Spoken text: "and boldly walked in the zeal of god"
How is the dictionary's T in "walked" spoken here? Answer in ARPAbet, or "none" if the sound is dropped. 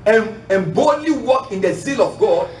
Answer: none